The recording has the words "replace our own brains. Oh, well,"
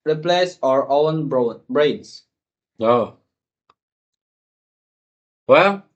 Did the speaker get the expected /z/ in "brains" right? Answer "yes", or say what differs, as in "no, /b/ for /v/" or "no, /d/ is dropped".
no, /s/ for /z/